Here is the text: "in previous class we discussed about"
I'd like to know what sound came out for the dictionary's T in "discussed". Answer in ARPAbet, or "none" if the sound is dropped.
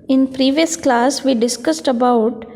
T